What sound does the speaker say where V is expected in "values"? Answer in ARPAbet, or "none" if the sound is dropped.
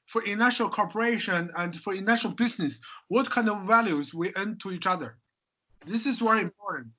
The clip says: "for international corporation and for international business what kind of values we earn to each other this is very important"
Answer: V